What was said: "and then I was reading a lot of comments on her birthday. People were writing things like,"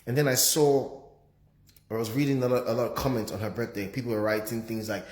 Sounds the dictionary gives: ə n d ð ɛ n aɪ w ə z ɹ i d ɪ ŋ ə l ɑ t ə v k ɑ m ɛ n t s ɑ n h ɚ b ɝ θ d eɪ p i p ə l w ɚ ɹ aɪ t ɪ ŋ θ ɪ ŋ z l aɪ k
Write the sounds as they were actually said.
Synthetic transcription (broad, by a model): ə n ð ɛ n aɪ w ə z ɹ i d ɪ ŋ ə l ɑ t ə v k ɑ m ɛ n t s n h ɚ b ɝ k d eɪ p i p l w ɚ ɹ aɪ t ɪ ŋ θ ɪ ŋ z l aɪ k